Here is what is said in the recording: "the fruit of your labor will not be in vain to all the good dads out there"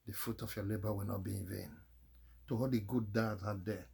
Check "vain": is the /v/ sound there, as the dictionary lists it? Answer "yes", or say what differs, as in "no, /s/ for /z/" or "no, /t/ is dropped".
yes